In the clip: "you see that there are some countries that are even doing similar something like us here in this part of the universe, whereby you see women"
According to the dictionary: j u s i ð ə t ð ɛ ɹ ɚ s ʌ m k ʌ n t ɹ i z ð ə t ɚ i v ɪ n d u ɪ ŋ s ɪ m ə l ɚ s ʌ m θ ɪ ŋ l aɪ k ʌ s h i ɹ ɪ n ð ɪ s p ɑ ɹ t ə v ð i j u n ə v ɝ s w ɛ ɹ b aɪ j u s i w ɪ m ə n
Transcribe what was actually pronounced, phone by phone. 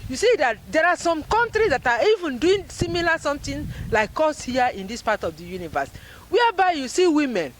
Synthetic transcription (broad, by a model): j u s i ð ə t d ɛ ɹ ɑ s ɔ m k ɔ n t ɹ i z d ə t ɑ i v ɪ n d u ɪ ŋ s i m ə l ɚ s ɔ m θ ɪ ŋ l aɪ k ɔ s h i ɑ ɪ n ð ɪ s p ɑ t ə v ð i j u n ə v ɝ s w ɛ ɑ b aɪ j u s i w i m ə n